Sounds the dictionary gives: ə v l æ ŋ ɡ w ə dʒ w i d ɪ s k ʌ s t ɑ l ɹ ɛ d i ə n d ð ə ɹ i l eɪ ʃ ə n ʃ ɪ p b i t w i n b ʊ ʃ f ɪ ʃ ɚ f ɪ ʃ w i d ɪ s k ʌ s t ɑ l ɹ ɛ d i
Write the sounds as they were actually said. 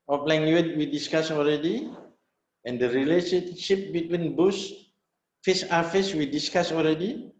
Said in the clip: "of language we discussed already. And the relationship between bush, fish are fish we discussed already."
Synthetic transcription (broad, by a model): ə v l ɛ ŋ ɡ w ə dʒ w i d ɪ s k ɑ s ɑ l ɹ ɛ d i ə n d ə ɹ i l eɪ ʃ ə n ʃ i p b i t w i n b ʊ s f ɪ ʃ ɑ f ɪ s w i d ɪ s k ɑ s ɑ l ɹ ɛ d i